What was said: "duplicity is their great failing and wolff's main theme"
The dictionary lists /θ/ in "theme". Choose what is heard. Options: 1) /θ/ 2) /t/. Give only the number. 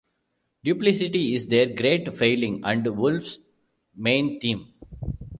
2